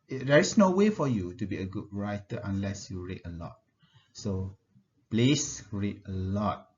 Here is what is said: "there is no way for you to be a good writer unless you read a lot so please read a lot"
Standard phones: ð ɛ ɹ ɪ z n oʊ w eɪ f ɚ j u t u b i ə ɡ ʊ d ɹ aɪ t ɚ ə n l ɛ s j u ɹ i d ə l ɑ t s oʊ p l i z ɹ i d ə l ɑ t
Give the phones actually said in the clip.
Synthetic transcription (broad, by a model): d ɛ ɹ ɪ s n oʊ w eɪ f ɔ j u t u b i ə ɡ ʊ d ɹ aɪ t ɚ ə n l ɛ s j u ɹ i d ə l ɑ t s oʊ p l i s ɹ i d ə l ɑ t